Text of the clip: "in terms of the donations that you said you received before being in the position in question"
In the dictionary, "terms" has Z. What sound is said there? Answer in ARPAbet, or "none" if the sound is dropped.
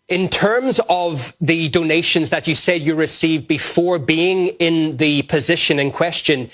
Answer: Z